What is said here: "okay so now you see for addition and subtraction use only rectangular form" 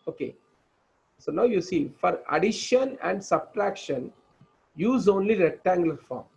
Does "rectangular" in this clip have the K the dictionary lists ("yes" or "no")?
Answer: no